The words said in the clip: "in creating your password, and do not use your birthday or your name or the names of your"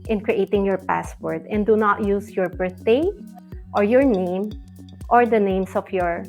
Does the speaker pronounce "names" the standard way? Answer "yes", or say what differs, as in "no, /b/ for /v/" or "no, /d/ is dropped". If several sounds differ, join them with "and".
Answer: no, /s/ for /z/